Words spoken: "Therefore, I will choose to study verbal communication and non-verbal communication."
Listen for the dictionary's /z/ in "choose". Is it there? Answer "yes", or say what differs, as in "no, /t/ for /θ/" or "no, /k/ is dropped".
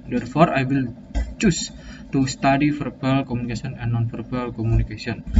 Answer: no, /s/ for /z/